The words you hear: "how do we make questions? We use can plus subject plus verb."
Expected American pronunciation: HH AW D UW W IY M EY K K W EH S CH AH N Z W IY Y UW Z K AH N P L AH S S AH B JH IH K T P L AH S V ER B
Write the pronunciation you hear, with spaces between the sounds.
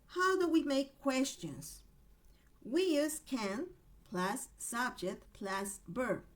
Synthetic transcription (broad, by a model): HH AW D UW W IY M EY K K W EH S CH AH N Z W IY Y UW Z K AH N P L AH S S AH B JH IH K T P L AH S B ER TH